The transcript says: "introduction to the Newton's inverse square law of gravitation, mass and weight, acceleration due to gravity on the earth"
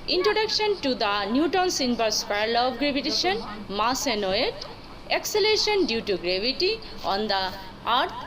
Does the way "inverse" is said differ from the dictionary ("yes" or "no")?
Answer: yes